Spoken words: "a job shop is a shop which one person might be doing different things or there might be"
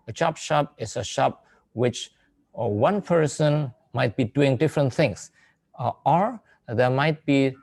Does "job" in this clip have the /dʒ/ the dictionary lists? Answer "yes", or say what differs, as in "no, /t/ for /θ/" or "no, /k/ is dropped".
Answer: no, /tʃ/ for /dʒ/